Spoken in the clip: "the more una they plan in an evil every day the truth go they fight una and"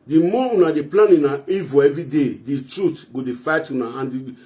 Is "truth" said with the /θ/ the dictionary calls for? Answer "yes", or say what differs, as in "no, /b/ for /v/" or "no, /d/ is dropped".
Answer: no, /t/ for /θ/